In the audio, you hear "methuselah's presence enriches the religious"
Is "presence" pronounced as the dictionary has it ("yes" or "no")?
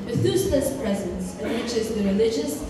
yes